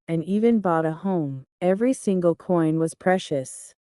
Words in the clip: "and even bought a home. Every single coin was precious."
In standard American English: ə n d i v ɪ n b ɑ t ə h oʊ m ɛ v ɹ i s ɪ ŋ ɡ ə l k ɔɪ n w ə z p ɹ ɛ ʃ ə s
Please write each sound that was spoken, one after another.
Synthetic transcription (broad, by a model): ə n i v ɪ n b ɑ t ə h oʊ m ɛ v ɹ i s ɪ ŋ ɡ ə l k ɔɪ n w ə z p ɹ ɛ ʃ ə s